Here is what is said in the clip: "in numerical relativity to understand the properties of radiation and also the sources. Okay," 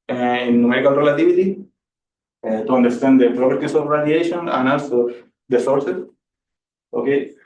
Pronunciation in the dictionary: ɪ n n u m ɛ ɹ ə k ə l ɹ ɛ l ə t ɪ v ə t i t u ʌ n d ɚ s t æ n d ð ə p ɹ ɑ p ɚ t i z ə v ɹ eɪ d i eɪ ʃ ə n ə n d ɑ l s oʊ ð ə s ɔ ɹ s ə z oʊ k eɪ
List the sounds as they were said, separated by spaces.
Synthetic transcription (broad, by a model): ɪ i n u m ɛ ɹ ə k ə l ɹ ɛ l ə t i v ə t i t u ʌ n d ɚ s t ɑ n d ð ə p ɹ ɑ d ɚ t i s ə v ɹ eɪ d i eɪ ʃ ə n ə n ɑ l s oʊ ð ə s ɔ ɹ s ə s oʊ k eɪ